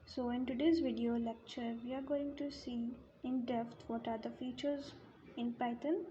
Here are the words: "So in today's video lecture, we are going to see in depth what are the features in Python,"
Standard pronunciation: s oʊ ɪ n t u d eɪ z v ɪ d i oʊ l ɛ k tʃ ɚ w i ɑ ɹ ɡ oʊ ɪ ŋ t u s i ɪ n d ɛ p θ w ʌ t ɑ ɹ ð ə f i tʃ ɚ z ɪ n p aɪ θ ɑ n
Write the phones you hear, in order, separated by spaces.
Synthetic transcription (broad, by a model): s oʊ ɪ n t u d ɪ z v ɪ d i oʊ l ɛ k tʃ ɚ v i ɑ ɹ ɡ oʊ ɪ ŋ t u s i ɪ n d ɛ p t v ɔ t ɑ ɹ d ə f i tʃ ɚ z ɪ n p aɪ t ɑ n